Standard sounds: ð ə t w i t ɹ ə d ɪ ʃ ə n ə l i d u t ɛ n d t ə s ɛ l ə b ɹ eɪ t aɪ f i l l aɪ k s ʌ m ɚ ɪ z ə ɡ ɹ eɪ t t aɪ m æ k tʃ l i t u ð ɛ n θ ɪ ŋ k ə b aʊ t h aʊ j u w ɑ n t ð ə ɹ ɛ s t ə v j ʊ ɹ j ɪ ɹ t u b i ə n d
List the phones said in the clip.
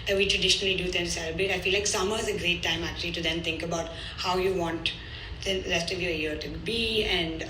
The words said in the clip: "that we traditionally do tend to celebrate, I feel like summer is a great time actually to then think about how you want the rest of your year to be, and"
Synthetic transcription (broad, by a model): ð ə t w i t ɹ ə d ɪ ʃ ə n ə l i d u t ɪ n s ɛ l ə b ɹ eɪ t aɪ f i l l aɪ k s ʌ m ɚ ɪ z ə ɡ ɹ eɪ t t aɪ m æ k tʃ l i t u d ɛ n t ɪ ŋ k ə b aʊ t h aʊ j u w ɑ n t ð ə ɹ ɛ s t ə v j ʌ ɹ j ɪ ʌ t u b i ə n d